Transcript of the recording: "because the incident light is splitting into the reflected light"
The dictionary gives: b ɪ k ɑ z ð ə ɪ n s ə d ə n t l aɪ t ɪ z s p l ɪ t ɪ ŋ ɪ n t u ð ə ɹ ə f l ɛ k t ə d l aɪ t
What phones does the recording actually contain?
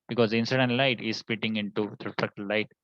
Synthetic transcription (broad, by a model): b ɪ k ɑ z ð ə ɪ n s ə d ə n t l aɪ t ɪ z s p ɪ t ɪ ŋ ɪ n t u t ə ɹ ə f ɛ k t l aɪ t